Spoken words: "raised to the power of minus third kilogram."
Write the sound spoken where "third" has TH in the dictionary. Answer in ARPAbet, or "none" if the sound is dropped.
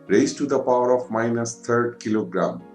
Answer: T